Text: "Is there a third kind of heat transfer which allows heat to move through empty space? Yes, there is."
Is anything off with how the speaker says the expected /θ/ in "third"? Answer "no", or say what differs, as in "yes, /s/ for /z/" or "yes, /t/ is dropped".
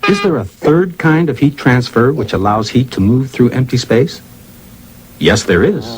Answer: no